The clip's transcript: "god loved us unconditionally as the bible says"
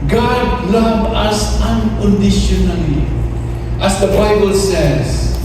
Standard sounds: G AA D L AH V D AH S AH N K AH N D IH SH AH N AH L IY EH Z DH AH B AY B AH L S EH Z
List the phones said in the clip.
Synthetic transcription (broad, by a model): G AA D L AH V AH S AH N K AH N D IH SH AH N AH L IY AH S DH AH B AY B AH L S EH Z